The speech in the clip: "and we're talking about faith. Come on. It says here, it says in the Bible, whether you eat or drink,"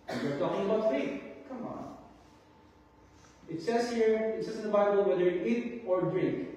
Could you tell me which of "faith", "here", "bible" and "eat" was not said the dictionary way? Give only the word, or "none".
faith